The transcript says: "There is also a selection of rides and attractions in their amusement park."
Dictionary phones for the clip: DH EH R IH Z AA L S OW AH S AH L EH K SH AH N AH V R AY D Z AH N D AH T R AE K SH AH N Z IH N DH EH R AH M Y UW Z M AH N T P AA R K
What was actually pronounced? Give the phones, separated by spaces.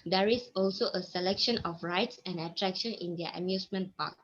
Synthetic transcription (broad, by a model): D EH R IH S AA L S OW AH S AH L EH K SH AH N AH F R AY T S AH N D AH T R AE K SH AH N IH N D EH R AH M Y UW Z M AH N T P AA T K